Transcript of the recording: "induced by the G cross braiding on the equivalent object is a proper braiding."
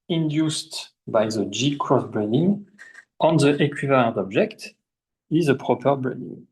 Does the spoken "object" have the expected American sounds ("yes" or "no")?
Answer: yes